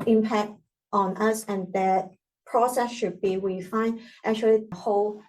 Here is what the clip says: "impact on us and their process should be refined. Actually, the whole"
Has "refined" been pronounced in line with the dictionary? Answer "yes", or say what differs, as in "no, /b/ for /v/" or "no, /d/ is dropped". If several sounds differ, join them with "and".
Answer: no, /w/ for /ɹ/